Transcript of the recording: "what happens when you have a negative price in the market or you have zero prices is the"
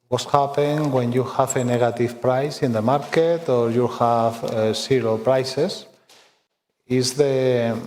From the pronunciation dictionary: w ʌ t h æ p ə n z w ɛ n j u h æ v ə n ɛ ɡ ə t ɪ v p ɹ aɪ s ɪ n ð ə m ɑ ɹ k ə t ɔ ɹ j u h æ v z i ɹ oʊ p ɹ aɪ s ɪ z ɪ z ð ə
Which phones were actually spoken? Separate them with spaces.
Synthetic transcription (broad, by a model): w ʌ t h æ p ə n w ɛ n j u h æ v ə n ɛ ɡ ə t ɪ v p ɹ aɪ s ɪ n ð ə m ɑ ɹ k ə t ɔ ɹ j u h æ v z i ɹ oʊ p ɹ aɪ s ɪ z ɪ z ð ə